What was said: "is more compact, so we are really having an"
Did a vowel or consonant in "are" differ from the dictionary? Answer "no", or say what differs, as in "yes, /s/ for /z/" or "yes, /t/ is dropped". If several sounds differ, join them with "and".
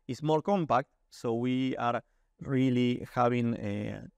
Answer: no